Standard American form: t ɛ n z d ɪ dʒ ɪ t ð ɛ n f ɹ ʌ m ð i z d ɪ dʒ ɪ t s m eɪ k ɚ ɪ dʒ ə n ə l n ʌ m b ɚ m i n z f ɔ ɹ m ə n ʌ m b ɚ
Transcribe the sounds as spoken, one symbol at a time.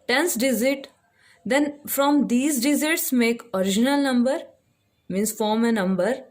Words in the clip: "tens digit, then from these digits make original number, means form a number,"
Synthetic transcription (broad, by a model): t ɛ n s d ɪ z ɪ t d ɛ n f ɹ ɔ m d i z d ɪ z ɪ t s m eɪ k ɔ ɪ dʒ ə n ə l n ʌ m b ɚ m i n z f ɔ ɹ m ə n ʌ m b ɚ